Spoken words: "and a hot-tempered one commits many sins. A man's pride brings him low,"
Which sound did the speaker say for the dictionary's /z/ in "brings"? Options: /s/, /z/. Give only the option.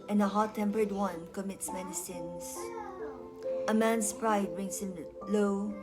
/s/